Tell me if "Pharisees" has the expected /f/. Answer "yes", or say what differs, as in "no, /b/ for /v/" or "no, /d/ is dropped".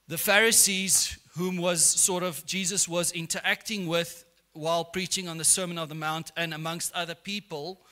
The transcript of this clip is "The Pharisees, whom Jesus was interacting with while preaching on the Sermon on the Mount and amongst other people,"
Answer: yes